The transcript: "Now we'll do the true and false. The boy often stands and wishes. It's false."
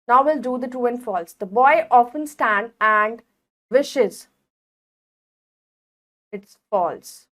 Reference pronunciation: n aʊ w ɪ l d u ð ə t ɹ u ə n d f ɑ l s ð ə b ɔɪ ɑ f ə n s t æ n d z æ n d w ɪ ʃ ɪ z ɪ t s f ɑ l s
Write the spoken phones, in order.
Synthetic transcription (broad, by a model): n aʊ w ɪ l d u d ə t u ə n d f ɑ l s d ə b ɔɪ ɑ f ə n s t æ n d æ n d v ɪ ʃ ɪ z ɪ t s f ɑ l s